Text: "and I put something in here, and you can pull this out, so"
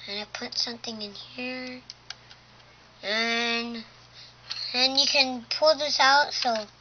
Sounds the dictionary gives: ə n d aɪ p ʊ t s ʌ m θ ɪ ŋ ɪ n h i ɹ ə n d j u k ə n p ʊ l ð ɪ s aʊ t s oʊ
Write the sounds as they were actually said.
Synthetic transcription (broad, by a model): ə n aɪ p ʊ t s ʌ m θ ɪ ŋ ɪ n h i ɹ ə n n j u k ə n p ʊ l ð ɪ s aʊ t s oʊ